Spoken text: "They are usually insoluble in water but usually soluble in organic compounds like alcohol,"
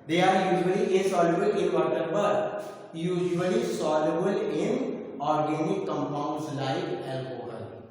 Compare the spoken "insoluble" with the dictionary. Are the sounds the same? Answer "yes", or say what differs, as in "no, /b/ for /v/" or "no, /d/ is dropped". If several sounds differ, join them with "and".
no, /n/ is dropped